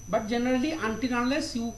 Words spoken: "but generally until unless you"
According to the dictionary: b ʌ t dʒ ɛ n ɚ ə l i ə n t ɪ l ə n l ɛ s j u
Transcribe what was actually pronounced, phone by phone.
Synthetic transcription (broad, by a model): b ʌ t dʒ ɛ n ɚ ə l i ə n t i n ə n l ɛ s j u